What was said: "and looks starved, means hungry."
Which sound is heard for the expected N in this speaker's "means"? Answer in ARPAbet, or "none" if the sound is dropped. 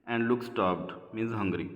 none